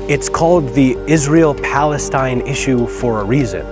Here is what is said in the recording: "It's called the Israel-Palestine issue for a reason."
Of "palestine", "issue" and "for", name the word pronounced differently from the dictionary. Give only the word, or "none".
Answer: none